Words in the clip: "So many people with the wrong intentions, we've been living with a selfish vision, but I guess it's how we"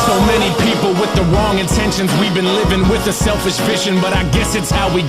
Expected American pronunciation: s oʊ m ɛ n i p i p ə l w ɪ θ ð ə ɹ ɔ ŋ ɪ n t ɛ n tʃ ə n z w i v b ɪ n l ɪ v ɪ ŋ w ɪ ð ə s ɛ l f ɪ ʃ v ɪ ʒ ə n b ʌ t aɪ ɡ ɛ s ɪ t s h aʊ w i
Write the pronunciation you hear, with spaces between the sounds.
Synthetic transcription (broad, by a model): s oʊ m ɛ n i p i p l w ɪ ð ə ɹ ɔ ŋ ɪ n t ɛ n ʃ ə n z w i v b ɪ n l ɪ v ɪ ŋ w ɪ ð ə s ɛ l f ɪ ʃ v ɪ ʃ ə n b ʌ t aɪ ɡ ɛ s ɪ t s h aʊ w i